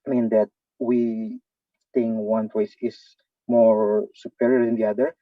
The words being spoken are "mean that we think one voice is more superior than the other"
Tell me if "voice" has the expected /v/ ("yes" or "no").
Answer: no